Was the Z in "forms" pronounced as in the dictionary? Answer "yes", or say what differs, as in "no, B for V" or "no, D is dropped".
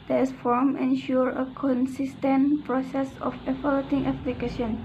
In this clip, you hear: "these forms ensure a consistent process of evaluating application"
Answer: no, Z is dropped